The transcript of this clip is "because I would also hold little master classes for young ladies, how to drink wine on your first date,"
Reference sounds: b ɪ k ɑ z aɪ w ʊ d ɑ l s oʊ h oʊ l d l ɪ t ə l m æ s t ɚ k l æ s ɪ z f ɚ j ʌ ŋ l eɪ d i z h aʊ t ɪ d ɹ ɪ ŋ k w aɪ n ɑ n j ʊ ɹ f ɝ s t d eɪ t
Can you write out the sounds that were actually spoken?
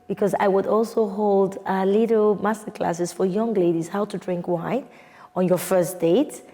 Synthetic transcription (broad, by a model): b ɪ k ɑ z aɪ w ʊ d ɑ l s oʊ h oʊ l d l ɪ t l m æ s t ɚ k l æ s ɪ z f ɚ j ʌ ŋ l eɪ d i z h aʊ t ɪ d ɹ ɪ ŋ k w aɪ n ɑ n j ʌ ɹ f ɝ s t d eɪ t